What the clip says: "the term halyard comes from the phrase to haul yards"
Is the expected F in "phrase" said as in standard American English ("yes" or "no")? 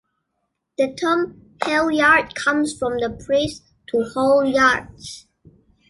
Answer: no